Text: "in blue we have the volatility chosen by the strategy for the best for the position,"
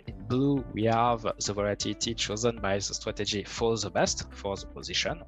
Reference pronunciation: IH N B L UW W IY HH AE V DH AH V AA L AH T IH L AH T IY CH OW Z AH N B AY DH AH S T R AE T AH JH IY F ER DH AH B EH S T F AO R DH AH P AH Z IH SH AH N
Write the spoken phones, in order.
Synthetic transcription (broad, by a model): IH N B L UW W IY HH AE V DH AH V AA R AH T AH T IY CH OW Z AH N B AY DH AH S T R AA T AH JH IY F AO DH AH B EH S T F AO R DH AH P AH Z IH SH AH N